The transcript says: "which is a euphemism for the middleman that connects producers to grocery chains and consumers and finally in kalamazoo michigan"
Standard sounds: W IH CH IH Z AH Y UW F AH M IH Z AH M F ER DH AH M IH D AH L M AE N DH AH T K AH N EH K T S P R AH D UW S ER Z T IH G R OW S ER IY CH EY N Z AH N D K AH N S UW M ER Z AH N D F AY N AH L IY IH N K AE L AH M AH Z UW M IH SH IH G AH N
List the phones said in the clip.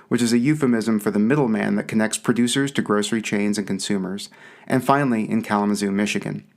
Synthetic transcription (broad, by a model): W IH CH IH Z AH Y UW F AH M IH Z AH M F ER DH AH M IH D L M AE N DH AH T K AH N EH K T S P R AH D UW S ER Z T IH G R OW S ER IY CH EY N Z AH N K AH N S UW M ER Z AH N F AY N L IY IH N K AE L AH M AH Z UW M IH SH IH G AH N